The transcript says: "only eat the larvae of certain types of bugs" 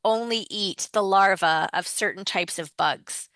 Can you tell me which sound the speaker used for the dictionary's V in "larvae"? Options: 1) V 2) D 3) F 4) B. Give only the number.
1